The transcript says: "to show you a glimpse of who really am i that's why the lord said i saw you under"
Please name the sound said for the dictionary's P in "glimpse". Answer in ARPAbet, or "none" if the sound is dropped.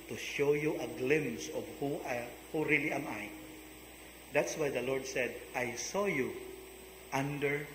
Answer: none